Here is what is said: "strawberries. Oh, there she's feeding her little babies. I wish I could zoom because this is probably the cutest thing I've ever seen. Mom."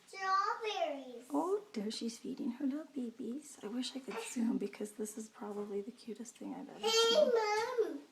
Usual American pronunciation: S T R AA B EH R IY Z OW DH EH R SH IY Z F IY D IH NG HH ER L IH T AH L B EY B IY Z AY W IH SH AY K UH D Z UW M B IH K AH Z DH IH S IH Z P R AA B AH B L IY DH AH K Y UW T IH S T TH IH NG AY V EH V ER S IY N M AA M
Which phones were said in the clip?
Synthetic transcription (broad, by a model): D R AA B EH R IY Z OW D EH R SH IY Z F IY D IH NG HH ER L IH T L B EY B IY Z AY W IH SH AY K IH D S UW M B IH K AH Z DH IH S IH Z P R AA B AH B L IY DH AH K Y UW T IH S T TH IH NG AY V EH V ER M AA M